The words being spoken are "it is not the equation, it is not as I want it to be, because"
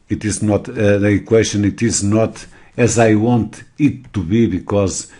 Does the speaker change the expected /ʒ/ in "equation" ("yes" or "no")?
yes